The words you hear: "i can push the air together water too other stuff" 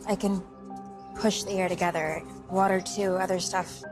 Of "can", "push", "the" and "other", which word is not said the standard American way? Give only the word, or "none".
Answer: none